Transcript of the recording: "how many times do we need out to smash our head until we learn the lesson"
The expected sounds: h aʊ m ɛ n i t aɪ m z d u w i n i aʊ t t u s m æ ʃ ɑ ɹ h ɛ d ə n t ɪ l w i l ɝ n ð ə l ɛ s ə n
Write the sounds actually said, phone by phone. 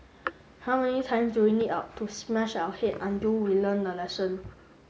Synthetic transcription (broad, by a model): h aʊ m ɛ n i t aɪ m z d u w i l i aʊ t t u s m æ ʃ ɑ w h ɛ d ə n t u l w i l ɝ n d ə l ɛ s ə n